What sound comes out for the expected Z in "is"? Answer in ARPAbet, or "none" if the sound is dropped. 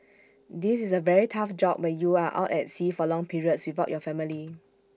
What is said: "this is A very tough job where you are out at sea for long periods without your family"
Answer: S